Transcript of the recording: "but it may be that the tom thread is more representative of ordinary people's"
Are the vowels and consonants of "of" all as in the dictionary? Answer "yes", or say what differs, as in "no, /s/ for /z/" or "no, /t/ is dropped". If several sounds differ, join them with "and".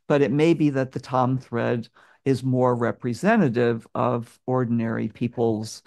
yes